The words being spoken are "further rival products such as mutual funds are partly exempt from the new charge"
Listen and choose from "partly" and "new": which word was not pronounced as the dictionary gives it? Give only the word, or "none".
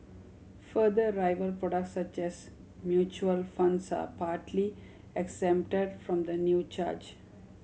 none